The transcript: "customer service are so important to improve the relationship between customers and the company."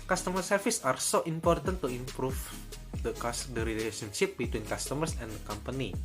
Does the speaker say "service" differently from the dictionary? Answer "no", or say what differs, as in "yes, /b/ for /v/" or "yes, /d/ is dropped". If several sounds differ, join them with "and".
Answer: yes, /f/ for /v/